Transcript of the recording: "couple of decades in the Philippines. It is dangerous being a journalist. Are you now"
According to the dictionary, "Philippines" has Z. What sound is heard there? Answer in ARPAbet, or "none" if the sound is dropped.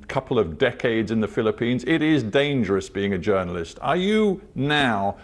Z